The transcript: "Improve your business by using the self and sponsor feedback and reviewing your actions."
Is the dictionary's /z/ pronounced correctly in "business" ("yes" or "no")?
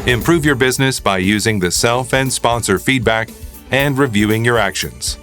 yes